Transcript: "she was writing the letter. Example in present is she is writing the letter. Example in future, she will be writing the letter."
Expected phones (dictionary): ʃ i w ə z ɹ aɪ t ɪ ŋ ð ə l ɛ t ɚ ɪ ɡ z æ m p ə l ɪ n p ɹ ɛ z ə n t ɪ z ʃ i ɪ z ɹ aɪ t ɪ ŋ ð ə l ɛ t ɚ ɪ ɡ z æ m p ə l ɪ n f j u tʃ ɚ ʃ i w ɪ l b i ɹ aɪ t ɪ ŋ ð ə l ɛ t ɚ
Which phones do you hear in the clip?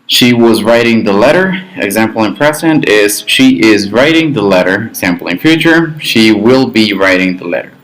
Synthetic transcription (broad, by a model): ʃ i w ə z ɹ aɪ t ɪ ŋ ð ə l ɛ t ɚ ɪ ɡ z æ m p l ɪ n p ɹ ɛ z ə n t ɪ z ʃ i ɪ z ɹ aɪ t ɪ ŋ ð ə l ɛ t ɚ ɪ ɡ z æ m p l ɪ n f j u tʃ ɚ ʃ i w ɪ l b i ɹ aɪ t ɪ ŋ ð ə l ɛ t ɚ